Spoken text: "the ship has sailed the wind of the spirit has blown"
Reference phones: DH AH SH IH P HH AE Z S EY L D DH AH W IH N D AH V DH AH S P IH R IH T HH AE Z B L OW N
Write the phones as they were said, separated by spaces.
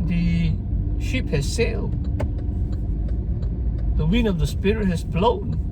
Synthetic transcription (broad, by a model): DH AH SH IH P HH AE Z S EY L D DH AH W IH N AH V DH AH S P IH R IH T HH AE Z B L OW N